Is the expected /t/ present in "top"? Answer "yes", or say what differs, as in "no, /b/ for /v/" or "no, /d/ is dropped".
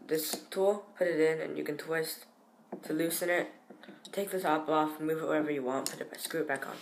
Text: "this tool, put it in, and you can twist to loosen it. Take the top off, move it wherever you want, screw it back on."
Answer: no, /s/ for /t/